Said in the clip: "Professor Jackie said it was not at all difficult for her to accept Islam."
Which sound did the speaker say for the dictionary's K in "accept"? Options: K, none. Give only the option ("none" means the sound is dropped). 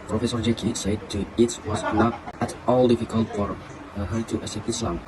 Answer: none